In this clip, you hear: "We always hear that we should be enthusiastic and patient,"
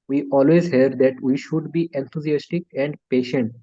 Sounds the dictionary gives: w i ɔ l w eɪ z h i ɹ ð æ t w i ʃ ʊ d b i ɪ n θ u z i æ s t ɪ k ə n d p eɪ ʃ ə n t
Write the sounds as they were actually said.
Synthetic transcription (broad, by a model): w i ɔ l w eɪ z h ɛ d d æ t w i ʃ ʊ d b i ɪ n t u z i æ s t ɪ k ə n d p eɪ ʃ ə n t